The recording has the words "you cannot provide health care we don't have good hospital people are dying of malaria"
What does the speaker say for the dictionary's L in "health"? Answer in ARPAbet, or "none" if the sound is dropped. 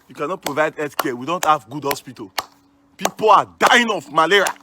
none